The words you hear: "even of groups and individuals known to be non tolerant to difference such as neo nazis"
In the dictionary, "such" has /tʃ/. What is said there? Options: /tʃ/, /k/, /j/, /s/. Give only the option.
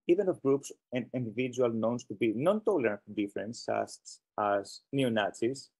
/s/